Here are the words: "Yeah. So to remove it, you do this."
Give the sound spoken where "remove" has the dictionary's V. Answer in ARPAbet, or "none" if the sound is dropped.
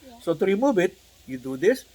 B